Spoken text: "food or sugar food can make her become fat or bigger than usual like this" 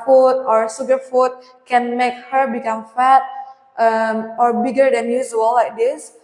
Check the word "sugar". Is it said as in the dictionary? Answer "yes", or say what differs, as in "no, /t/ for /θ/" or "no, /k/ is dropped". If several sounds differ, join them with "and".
no, /s/ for /ʃ/